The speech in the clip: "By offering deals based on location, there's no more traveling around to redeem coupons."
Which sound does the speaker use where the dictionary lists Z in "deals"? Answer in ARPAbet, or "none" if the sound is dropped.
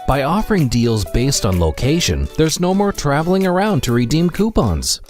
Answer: Z